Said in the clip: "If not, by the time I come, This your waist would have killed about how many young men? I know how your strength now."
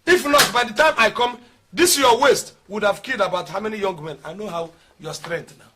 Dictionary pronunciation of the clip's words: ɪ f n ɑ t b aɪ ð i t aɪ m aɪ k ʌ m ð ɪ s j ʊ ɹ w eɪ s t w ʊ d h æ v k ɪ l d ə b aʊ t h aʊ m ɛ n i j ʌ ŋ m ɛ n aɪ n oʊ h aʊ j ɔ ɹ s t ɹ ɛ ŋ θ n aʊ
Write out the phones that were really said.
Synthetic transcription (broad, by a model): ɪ f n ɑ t b aɪ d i t aɪ m aɪ k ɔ m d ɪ s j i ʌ w eɪ s t w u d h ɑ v k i d ə b aʊ t h aʊ m ɛ n i j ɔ ŋ m ɛ n aɪ n oʊ h aʊ j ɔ s t ɹ ɛ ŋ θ n aʊ